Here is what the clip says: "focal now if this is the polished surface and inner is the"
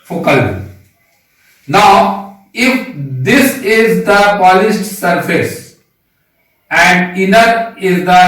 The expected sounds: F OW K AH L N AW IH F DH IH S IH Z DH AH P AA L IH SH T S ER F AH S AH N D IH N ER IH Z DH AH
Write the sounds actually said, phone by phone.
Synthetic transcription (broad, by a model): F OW K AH L N AW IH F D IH S IH Z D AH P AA L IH S T S ER F AH S AH N D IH N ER IH Z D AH